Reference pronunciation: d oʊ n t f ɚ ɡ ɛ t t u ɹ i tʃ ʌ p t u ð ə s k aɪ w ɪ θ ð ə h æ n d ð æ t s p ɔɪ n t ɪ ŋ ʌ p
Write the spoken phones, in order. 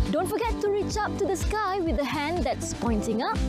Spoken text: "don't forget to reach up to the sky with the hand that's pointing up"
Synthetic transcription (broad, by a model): d oʊ n t f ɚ ɡ ɛ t t u ɹ i tʃ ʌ p t u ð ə s k aɪ w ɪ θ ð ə h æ n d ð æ t s p ɔɪ n t ɪ ŋ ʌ p